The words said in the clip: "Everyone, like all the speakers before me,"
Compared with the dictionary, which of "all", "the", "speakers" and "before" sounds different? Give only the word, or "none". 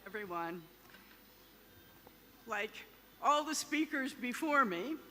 none